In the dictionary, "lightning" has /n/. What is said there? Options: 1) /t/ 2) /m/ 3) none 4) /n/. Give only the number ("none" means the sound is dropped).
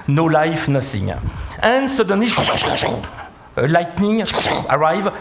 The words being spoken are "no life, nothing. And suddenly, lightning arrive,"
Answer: 4